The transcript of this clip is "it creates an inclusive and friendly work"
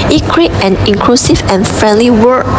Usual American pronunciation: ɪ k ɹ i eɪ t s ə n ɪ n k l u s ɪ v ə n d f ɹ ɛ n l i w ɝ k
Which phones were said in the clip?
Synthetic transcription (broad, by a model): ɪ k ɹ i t ə n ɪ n k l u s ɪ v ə n f ɹ ɛ n l i w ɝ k